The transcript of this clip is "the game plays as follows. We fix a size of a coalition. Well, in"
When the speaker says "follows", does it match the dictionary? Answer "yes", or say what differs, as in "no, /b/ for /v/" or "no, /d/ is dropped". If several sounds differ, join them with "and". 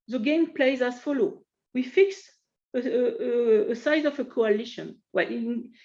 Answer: no, /z/ is dropped